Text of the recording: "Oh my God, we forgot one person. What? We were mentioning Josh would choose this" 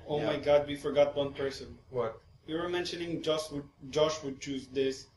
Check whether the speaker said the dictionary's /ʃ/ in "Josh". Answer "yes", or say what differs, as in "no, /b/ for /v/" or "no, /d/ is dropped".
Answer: yes